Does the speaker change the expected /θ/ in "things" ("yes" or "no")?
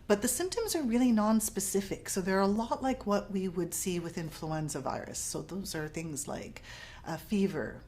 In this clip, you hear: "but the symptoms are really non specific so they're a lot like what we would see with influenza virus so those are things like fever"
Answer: no